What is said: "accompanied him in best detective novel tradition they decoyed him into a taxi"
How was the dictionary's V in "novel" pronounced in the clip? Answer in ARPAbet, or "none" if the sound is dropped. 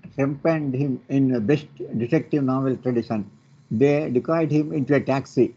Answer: V